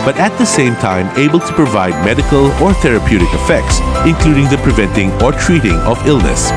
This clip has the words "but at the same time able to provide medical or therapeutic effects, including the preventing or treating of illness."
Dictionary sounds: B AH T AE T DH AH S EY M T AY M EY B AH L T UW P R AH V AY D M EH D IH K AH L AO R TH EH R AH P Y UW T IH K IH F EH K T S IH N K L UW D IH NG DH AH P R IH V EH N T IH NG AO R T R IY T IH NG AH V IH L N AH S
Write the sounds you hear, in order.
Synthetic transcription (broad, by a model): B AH T AE T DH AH S EY M T AY M EY B AH L T UW P R AH V AY D M EH D IH K AH L AO R TH EH R AH P Y UW T IH K IH F EH K T S IH N K L UW D IH NG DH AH P R IH V EH N T IH NG AO R T R IY T IH NG AH V IH L N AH S